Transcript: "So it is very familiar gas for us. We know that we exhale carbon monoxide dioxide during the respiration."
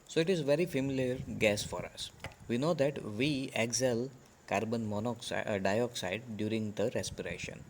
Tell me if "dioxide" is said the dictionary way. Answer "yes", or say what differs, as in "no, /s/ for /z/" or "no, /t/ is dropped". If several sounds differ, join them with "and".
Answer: yes